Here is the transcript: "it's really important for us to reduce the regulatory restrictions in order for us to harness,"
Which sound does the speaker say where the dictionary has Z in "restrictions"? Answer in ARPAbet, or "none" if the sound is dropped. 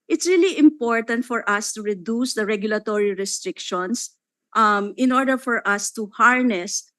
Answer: S